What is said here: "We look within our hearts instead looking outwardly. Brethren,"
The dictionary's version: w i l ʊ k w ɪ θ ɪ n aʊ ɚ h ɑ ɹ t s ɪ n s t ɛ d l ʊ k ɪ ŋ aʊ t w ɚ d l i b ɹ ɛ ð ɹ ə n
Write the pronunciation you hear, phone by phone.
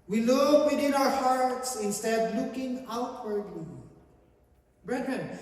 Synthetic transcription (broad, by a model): w i l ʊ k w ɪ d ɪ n aʊ ɚ h ɑ ɹ t s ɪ n s t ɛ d l ʊ k ɪ ŋ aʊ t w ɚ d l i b ɹ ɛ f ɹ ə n